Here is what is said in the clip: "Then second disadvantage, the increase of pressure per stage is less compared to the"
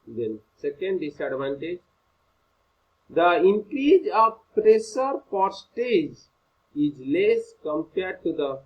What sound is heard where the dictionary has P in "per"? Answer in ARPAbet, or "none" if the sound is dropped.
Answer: F